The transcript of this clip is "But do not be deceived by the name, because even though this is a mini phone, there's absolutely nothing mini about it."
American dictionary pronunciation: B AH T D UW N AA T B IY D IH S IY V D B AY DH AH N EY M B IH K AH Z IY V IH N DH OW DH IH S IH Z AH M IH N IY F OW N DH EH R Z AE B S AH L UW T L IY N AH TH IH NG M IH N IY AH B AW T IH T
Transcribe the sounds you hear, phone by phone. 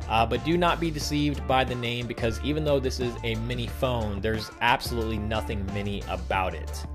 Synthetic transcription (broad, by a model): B AH T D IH N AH T B IY D IH S IY V D B AY DH AH N EY M B IH K AH Z IY V IH N DH OW DH IH S IH Z AH M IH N IY F OW N DH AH R Z AE B S AH L UW T L IY N AH TH IH NG M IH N IY AH B AW T IH T